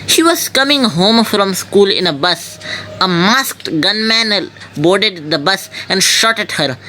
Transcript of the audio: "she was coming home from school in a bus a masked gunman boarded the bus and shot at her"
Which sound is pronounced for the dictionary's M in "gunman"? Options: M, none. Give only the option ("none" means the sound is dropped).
M